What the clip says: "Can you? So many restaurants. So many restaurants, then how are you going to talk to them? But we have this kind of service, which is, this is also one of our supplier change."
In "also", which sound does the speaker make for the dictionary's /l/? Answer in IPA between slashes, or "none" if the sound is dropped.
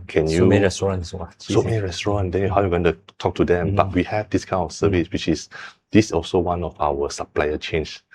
/l/